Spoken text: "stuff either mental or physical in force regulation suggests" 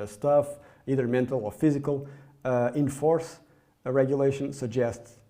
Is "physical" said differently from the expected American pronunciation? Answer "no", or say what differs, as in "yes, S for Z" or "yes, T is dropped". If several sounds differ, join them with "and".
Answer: no